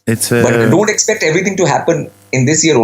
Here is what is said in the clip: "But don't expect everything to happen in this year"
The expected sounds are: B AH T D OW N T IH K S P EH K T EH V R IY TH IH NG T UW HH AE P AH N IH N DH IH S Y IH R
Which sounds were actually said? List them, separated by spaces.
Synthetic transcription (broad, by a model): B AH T D OW N T IH K S P EH K T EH V R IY T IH NG T UW HH AE P AH N IH N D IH S Y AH R